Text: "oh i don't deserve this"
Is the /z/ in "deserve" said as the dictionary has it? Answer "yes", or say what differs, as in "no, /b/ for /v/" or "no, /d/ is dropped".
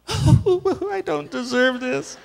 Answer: yes